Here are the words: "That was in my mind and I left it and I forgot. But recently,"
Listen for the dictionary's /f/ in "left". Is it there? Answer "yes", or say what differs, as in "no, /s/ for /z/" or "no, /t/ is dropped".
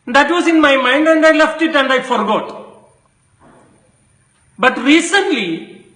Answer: yes